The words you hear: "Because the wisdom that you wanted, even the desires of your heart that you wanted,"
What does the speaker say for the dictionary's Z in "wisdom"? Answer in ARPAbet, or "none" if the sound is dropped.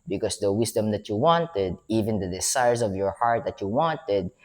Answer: S